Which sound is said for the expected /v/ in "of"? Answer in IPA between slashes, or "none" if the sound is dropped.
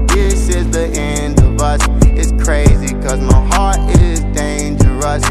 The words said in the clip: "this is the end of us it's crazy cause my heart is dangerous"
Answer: /v/